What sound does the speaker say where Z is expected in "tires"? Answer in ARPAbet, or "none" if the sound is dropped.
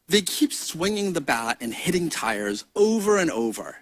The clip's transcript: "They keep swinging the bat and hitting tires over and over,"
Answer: Z